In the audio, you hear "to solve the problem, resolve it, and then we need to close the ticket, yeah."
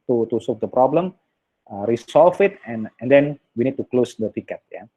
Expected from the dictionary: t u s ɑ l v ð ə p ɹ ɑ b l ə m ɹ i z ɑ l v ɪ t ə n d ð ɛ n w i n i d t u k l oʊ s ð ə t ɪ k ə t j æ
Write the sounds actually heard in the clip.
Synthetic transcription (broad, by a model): t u s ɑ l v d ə p ɹ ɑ b l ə m ɹ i s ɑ l f ɪ t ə n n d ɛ n w i n i d t u k l oʊ s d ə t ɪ k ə t j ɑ